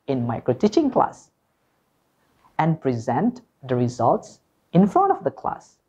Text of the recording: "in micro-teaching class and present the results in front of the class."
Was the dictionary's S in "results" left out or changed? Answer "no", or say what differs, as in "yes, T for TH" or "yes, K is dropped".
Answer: no